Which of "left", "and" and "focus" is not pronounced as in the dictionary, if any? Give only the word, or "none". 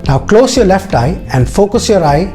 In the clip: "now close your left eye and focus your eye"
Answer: none